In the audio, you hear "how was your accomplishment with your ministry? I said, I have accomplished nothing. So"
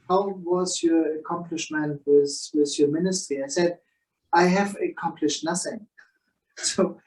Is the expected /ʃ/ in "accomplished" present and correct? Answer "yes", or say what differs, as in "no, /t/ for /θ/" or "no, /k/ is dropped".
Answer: yes